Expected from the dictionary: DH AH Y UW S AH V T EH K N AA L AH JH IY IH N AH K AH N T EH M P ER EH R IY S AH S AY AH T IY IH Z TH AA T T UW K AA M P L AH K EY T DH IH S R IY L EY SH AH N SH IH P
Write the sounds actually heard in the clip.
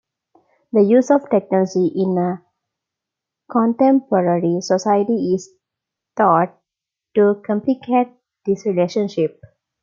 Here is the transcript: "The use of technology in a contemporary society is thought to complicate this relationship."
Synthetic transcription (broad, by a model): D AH Y UW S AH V T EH K N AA L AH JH IY IH N AH K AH N T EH M P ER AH R IY S AH S AY AH T IY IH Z T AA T T UW K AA M P L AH K EY T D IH S R IY L EY SH AH N SH IH P